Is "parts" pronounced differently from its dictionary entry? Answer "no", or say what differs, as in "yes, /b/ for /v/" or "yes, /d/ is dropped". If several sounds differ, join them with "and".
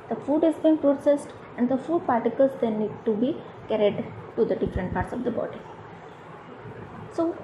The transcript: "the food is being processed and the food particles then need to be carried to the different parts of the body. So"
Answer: no